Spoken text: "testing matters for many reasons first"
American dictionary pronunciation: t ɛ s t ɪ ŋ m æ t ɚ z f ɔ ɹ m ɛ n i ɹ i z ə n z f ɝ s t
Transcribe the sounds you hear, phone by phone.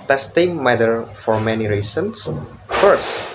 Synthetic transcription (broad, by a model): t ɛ s t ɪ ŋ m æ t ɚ f ɔ ɹ m ɛ n i ɹ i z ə n s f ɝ s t